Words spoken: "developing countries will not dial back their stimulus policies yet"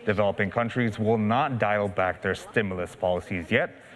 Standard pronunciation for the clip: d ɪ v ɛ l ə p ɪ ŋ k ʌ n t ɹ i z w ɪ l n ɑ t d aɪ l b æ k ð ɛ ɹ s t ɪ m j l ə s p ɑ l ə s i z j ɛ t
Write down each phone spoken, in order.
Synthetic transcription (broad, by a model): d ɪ v ɛ l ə p ɪ ŋ k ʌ n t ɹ i z w ɪ l n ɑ t d aɪ l b æ k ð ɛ ɹ s t ɪ m j l ə s p ɑ l ə s i z j ɛ t